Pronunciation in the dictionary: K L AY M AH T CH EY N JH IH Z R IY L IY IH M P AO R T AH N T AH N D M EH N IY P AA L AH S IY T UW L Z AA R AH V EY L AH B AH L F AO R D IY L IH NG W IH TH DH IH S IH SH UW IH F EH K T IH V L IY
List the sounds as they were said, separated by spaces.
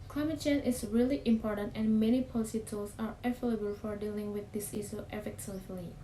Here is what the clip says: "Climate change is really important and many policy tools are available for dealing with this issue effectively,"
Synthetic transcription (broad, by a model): K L AY M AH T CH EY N IH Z R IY L IY IH M P AO R T AH N T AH N M EH N IY P AA L AH S IY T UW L S AA R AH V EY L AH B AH L F AO R D IY L IH NG W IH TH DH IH S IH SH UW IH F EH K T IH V L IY